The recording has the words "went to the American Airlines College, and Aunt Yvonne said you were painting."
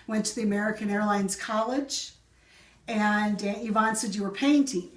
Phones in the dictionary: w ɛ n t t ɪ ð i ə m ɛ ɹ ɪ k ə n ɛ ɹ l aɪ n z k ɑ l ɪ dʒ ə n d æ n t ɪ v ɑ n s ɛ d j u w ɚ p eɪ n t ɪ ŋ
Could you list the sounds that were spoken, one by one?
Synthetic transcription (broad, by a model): w ɛ n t t ɪ ð i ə m ɛ ɹ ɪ k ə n ɛ ɹ l aɪ n z k ɑ l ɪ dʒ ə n n ɪ v ɑ n s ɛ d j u w ɚ p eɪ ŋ t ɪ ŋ